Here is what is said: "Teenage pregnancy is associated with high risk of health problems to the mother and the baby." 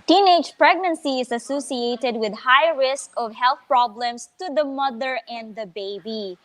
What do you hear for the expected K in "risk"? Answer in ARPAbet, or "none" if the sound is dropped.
K